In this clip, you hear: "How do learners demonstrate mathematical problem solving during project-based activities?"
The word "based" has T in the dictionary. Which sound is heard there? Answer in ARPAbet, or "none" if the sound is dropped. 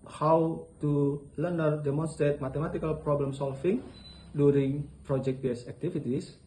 none